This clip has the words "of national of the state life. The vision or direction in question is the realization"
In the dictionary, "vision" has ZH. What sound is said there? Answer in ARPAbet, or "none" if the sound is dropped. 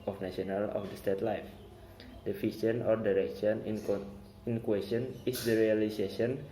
SH